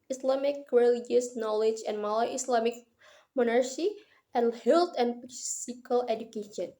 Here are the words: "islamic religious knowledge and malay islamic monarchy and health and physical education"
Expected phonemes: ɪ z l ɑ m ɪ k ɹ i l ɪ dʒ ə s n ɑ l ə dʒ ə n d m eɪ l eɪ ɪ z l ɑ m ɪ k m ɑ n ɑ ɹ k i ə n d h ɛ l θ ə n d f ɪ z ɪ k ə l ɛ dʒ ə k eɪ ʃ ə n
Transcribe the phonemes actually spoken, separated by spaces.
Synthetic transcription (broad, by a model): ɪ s l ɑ m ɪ k ɹ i l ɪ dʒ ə s n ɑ l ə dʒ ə n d m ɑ l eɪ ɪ s l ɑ m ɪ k m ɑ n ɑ ɹ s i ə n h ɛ l t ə n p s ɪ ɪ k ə l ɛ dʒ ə k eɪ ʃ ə n